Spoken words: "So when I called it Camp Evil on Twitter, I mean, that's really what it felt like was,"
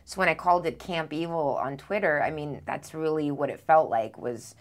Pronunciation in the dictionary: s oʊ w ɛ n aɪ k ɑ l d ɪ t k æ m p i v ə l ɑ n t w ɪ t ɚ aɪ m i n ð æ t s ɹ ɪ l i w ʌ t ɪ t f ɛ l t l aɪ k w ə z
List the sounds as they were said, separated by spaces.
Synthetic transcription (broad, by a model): s oʊ w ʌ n aɪ k ɑ l d ɪ t k æ m p i v l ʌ n t w ɪ t ɚ aɪ m i n ð æ t s ɹ ɪ l i w ʌ t ɪ t f ɛ l t l aɪ k w ə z